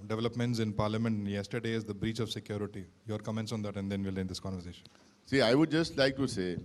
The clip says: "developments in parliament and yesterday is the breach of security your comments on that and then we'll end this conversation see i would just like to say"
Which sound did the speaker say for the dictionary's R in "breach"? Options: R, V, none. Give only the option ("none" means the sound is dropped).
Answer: R